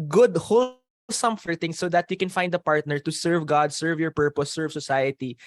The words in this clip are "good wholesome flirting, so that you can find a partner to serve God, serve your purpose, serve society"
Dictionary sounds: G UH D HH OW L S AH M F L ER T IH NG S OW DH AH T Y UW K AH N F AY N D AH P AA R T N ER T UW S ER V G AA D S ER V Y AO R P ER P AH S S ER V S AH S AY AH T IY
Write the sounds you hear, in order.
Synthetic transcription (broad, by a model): G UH D HH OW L S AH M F ER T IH NG S OW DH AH T Y UW K AH N F AY N D AH P AA R T N ER T UW S ER V G AA D S ER V Y AO R P ER P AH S S ER V S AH S AY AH T IY